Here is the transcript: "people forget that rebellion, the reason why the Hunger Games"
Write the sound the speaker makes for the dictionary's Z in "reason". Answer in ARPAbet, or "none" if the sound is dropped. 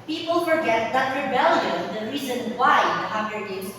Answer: Z